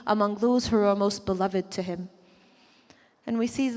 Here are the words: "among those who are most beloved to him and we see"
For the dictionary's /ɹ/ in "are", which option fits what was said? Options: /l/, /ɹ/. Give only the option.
/l/